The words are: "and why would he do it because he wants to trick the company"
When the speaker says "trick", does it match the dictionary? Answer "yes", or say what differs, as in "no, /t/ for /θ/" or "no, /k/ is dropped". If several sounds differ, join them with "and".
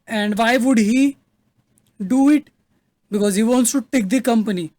no, /ɹ/ is dropped